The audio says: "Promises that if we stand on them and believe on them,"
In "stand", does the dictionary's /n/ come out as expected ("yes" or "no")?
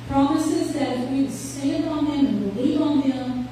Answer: no